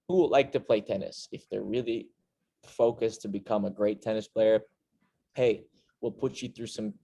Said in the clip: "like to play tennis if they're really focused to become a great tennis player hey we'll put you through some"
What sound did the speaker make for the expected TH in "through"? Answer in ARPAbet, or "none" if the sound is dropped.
TH